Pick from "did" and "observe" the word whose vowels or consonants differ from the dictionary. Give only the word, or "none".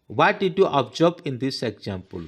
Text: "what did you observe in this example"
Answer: observe